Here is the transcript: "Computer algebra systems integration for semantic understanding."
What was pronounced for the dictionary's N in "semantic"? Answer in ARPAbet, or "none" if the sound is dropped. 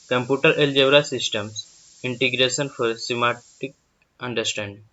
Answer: none